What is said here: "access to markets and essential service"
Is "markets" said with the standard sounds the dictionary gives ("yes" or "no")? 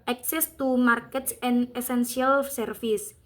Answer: yes